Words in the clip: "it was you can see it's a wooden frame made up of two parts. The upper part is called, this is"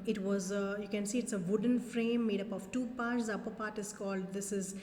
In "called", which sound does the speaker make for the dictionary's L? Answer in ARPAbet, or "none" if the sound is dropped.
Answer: L